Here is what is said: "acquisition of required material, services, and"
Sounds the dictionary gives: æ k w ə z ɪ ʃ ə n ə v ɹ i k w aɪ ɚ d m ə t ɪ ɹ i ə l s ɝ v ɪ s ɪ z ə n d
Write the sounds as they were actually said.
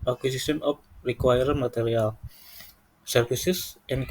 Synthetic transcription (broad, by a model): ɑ k w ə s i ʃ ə n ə p ɹ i k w aɪ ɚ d m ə t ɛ ɹ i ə l s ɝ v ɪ s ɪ s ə n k